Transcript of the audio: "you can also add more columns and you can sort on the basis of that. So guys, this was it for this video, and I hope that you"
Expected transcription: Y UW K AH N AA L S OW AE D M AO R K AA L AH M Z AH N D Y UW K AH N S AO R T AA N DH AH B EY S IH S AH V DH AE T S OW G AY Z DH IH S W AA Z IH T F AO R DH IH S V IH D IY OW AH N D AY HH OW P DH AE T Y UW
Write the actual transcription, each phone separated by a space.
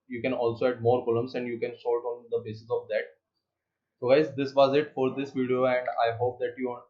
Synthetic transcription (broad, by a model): Y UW K AH N AA L S OW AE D M AO R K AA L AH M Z AH N D Y UW K AH N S AO L T AA N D AH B EY S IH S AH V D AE T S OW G AY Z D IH S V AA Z IH T F AO R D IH S V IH D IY OW AH N D AY HH OW P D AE T Y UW